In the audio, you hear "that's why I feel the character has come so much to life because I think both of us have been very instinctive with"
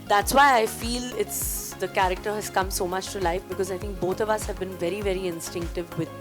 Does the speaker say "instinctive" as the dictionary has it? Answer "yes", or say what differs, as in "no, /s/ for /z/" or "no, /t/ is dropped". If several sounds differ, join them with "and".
yes